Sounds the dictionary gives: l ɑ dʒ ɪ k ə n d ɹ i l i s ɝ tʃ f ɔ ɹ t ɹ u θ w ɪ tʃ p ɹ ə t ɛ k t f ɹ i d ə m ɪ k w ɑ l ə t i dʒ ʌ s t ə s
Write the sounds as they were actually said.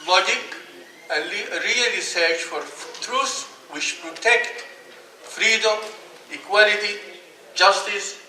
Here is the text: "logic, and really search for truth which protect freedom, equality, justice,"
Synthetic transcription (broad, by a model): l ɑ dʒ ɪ k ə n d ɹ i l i s ɝ tʃ f ɔ ɹ t ɹ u s w ɪ tʃ p ɹ ə t ɛ k t f ɹ i d ə m ɪ k w ɑ l ə t i dʒ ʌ s t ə s